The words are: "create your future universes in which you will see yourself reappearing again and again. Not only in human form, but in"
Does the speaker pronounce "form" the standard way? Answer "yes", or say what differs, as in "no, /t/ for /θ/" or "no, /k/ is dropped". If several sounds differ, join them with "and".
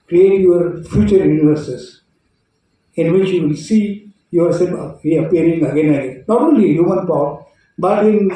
no, /p/ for /f/